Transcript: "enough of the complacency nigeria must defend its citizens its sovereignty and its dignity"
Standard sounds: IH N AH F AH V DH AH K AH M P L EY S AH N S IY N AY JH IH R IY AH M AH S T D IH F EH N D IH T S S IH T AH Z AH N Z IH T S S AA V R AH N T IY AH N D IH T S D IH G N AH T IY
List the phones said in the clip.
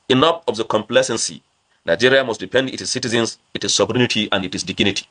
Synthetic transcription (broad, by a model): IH N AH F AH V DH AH K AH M P L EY S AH N S IY N AY JH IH R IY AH M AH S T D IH P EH N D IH T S S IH T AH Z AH N S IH T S S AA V R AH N T IY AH N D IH T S D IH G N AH T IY